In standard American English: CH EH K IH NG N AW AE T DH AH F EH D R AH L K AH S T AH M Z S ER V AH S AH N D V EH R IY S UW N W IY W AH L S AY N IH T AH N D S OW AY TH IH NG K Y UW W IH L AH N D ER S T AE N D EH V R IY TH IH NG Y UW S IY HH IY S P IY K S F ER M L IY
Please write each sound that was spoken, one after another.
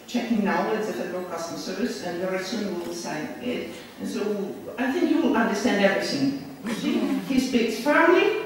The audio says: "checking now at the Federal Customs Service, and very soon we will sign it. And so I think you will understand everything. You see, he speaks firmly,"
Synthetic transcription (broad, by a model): CH EH K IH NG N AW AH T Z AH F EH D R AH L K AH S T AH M S ER V AH S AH N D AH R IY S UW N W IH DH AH S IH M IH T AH N S OW AY TH IH NG K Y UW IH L AH N D ER S T AE N D EH V R IY TH IH NG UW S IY HH IY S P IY K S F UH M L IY